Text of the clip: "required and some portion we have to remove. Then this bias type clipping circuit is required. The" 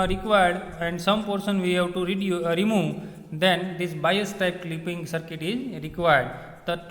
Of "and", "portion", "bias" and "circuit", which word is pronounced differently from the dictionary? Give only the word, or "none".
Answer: portion